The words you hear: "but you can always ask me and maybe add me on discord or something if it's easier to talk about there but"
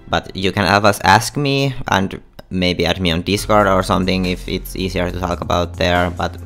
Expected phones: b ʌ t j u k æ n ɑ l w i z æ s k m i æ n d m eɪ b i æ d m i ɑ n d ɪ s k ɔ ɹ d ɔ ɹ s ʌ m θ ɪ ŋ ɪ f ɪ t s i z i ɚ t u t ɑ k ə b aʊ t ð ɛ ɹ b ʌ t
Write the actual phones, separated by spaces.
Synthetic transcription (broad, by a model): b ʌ t j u k æ n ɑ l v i s æ s k m i æ n d m eɪ b i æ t m i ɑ n d ɪ s k ɔ ɹ d ɔ ɹ s ʌ m θ ɪ ŋ ɪ f ɪ t s i s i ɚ t u t ɑ k ə b aʊ t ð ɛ ɹ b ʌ t